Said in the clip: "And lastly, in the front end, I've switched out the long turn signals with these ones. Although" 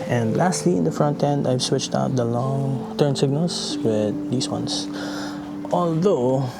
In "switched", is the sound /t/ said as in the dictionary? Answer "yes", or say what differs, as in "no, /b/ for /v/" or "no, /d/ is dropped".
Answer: yes